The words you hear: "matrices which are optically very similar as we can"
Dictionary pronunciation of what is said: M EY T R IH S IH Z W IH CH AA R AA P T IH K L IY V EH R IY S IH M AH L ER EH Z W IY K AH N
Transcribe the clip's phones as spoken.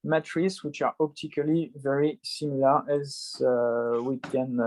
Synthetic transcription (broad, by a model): M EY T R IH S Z W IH CH AA R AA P T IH K L IY V EH R IY S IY M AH L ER EH Z W IY K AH N